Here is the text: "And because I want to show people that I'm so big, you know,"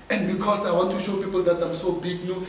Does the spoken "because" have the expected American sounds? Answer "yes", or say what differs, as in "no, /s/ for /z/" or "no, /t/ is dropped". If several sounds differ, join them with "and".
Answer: no, /s/ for /z/